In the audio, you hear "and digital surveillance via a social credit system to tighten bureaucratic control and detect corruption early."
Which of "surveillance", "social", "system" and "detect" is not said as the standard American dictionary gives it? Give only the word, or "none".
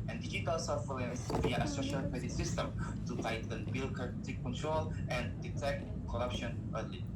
surveillance